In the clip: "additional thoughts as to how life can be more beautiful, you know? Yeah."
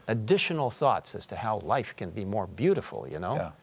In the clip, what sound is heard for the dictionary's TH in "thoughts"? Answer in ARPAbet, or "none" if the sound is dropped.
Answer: TH